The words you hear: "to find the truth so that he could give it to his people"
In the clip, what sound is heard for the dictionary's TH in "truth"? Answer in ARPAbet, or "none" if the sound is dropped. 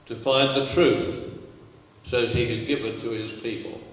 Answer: TH